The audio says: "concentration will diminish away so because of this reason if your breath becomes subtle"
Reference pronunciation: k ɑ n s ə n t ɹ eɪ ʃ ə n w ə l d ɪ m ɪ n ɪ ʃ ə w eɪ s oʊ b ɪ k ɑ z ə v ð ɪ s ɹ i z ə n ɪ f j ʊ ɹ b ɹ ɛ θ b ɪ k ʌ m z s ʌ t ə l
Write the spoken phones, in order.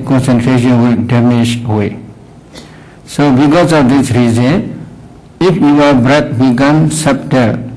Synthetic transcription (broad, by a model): k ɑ n s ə n t ɹ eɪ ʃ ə n w ə l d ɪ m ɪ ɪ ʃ ə w eɪ s oʊ b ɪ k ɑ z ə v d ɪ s ɹ i z ə n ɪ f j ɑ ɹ b ɹ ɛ t b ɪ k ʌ m s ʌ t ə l